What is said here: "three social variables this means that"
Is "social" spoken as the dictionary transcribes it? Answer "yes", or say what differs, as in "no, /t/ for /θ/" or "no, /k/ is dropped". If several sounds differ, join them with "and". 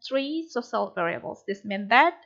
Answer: no, /s/ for /ʃ/